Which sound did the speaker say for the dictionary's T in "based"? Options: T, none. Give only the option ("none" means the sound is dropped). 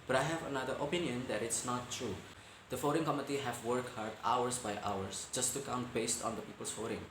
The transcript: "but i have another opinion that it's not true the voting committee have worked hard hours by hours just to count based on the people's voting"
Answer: T